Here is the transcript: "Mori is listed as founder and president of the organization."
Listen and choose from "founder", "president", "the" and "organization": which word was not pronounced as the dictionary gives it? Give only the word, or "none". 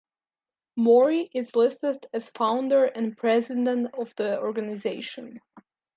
none